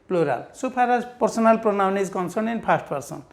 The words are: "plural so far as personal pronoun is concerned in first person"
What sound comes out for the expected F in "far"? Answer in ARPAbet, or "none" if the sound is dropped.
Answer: P